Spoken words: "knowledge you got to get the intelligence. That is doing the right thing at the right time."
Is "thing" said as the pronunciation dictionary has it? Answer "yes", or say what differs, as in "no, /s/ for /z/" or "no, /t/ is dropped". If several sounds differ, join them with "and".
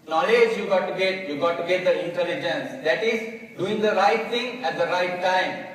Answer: no, /t/ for /θ/